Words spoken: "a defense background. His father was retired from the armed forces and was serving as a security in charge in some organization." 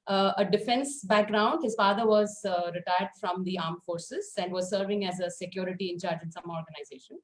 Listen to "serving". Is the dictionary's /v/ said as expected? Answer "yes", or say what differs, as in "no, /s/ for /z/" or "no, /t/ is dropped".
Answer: yes